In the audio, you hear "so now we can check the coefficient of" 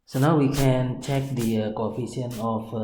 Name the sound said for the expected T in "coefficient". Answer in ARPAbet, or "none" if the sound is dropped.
none